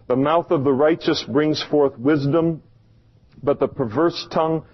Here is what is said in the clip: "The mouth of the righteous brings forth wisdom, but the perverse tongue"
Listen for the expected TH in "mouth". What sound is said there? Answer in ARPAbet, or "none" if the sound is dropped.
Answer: TH